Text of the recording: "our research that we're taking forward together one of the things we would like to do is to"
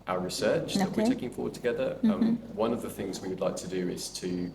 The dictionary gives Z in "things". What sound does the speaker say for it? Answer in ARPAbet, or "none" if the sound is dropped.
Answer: Z